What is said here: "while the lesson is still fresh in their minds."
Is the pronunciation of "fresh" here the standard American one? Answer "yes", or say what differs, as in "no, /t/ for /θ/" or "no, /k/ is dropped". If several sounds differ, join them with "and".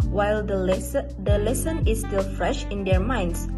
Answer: yes